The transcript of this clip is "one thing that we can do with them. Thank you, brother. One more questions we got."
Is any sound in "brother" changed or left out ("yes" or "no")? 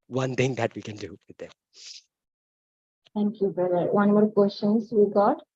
yes